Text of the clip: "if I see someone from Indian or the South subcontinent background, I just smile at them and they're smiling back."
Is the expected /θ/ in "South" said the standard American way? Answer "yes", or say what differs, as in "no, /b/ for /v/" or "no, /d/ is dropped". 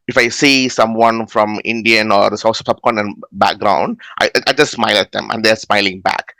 no, /s/ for /θ/